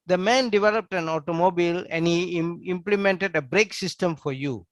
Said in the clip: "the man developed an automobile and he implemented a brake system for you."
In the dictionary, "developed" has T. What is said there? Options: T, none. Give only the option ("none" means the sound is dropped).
T